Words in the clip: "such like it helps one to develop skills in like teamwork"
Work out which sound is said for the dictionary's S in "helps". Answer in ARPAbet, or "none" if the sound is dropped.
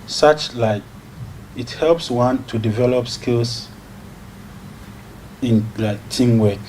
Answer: S